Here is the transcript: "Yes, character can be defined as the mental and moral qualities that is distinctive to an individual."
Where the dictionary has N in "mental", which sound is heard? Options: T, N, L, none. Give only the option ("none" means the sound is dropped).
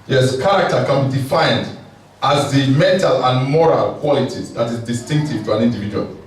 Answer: N